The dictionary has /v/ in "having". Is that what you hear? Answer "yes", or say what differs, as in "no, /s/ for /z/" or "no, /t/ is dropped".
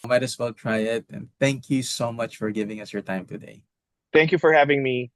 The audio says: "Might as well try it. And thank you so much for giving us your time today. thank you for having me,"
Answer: yes